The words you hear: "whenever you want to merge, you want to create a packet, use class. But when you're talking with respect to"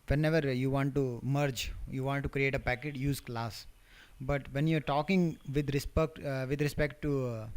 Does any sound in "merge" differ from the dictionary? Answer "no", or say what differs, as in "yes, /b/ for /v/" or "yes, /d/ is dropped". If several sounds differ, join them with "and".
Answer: no